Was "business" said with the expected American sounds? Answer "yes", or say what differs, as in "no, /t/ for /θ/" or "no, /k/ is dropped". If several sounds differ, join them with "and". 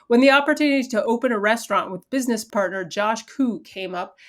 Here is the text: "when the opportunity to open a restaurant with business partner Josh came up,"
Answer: yes